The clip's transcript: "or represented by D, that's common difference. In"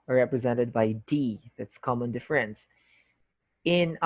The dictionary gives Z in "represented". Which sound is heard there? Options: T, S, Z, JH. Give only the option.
Z